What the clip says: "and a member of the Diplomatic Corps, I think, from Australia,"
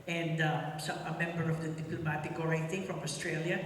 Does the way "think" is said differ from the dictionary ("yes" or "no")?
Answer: yes